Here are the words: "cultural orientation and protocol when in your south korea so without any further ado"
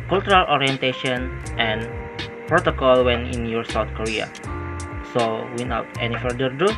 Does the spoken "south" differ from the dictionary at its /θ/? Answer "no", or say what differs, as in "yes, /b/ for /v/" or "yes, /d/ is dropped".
yes, /t/ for /θ/